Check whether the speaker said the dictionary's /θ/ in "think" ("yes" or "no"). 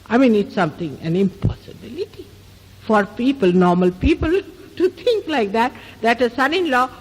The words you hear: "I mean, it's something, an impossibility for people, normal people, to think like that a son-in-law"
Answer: no